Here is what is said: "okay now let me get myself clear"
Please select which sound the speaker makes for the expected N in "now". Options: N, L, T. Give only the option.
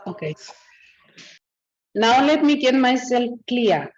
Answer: N